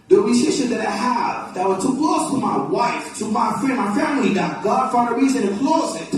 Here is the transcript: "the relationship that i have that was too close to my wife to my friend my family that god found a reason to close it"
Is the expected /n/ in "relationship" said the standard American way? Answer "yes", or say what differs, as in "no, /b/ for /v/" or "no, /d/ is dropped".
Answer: no, /n/ is dropped